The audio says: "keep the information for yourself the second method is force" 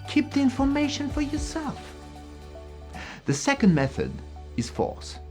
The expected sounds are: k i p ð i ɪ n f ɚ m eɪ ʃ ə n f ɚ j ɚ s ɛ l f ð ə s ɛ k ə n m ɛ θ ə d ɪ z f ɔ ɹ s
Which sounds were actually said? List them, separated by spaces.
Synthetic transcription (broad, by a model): k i p ð i ɪ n f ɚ m eɪ ʃ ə n f ɚ j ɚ s ɛ l f ð ə s ɛ k ə n m ɛ θ ə d ɪ z f ɔ ɹ s